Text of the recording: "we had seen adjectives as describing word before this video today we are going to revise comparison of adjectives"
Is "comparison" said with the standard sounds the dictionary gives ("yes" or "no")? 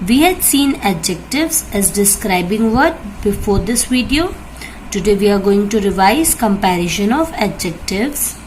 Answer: no